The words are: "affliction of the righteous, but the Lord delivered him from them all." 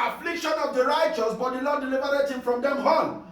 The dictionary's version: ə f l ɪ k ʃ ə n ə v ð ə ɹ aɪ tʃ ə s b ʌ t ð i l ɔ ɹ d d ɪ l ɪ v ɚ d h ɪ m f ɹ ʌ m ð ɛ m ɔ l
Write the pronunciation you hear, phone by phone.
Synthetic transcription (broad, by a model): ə f l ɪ k ʃ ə n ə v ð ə ɹ aɪ tʃ ə s b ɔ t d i n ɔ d d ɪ l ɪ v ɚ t h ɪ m f ɹ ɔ m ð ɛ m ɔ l